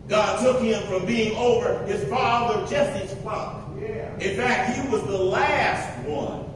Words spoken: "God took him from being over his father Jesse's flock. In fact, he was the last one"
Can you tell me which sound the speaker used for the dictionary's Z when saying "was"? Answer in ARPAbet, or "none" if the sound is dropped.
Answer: Z